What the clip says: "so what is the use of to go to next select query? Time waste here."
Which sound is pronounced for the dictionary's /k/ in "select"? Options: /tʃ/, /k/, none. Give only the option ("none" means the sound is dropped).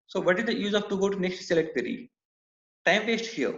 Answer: none